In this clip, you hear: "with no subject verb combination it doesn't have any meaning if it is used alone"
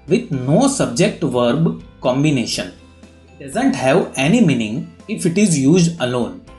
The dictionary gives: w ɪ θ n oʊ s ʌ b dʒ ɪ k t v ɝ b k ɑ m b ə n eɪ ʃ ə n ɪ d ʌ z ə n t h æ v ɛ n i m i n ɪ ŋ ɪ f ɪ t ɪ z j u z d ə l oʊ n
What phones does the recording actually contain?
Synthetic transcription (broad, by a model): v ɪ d n oʊ s ʌ b dʒ ɪ k t v ɝ b k ɑ m b ə n eɪ ʃ ə n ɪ d ʌ z ə n t h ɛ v ɛ n i m i n ɪ ŋ ɪ f ɪ t ɪ z j u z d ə l oʊ n